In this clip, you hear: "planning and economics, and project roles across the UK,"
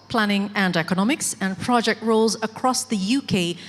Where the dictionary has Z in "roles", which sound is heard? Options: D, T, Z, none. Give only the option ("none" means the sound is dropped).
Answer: Z